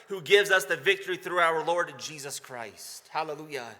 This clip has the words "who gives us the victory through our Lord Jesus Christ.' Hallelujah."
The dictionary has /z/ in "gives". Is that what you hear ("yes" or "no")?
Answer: yes